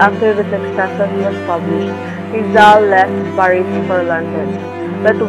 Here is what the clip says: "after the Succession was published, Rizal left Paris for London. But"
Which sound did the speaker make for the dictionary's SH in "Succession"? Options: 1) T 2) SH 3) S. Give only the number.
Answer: 3